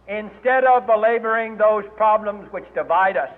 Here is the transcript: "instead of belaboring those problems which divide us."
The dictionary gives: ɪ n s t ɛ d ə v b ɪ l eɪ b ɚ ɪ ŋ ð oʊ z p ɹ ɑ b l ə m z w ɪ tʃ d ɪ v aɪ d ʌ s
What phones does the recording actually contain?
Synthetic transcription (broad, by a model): ɪ n s t ɛ d ə v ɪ l eɪ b ɚ ɪ ŋ ð oʊ z p ɹ ɑ b l ə m z w ɪ tʃ d ɪ v aɪ d ʌ s